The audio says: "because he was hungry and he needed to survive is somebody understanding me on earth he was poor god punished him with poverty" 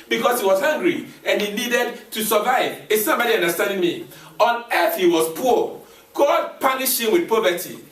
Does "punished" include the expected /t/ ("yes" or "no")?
no